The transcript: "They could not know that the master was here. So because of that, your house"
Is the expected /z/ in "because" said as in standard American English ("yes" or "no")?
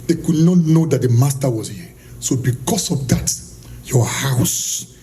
no